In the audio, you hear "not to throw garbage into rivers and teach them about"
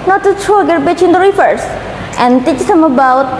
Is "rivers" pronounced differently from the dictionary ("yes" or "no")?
yes